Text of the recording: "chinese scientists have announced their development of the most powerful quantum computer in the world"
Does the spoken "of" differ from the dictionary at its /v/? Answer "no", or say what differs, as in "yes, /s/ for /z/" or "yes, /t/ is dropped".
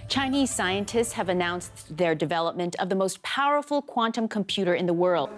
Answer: no